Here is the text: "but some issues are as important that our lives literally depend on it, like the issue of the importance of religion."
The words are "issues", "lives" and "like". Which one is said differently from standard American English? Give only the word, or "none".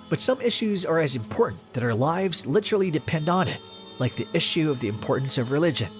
none